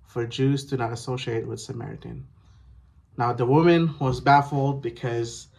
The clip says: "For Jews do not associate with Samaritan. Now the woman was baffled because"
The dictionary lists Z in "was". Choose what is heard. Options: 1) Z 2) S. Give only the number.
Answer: 1